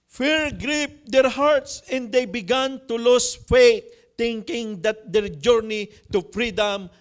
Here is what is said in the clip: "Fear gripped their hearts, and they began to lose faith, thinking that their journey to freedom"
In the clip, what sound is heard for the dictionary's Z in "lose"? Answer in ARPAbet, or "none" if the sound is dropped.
S